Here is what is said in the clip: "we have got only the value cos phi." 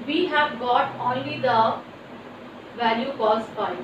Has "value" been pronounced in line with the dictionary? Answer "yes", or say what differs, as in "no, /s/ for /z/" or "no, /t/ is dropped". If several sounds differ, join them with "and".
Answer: yes